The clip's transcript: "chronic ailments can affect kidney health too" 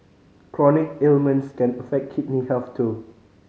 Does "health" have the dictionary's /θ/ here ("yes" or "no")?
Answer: no